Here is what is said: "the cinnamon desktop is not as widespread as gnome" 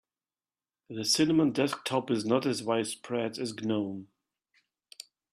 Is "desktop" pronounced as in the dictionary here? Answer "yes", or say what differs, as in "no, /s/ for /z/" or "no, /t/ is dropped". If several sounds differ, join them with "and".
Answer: yes